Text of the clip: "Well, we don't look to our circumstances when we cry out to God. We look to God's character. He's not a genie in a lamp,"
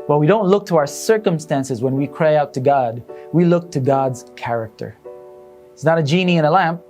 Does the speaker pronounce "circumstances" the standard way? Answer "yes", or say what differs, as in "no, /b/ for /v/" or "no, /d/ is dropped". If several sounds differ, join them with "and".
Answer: yes